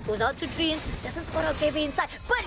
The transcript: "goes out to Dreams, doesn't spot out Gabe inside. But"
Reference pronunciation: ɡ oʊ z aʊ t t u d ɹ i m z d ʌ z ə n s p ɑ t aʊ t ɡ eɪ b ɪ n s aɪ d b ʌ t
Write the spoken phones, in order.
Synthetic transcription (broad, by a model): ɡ oʊ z aʊ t t u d ɹ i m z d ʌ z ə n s ɑ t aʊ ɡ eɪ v ɪ n s aɪ d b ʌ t